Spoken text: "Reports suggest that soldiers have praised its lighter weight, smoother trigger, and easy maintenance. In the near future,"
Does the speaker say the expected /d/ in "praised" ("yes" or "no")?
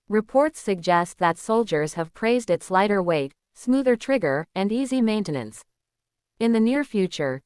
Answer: yes